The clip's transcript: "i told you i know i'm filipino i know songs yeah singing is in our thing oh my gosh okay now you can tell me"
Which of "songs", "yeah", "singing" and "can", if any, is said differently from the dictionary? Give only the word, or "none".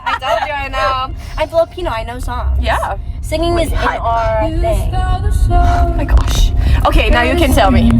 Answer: songs